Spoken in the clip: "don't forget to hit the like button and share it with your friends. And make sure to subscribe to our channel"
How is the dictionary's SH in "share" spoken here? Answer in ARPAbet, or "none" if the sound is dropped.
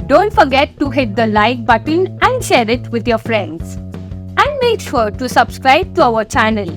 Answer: SH